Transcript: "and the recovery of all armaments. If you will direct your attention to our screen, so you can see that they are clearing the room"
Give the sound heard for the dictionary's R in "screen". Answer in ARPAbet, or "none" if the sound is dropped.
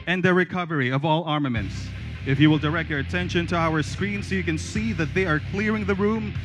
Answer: R